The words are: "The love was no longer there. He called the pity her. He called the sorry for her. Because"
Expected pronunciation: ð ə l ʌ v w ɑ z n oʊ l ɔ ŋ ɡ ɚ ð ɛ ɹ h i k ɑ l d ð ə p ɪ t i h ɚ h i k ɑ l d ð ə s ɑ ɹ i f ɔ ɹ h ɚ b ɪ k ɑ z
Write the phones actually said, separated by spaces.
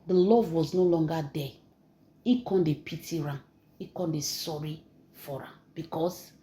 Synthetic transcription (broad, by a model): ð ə l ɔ v w ɑ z n oʊ l ɔ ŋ ɡ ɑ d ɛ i k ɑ n d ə p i t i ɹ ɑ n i k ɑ n d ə s ɑ ɹ i f ɔ ɹ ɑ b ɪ k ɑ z